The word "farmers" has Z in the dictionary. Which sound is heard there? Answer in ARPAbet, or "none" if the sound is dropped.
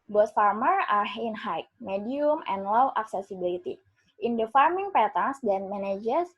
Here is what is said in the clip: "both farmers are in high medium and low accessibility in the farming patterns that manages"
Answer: none